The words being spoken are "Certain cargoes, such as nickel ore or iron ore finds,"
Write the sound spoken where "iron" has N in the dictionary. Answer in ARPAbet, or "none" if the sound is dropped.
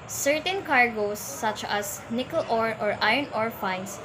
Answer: N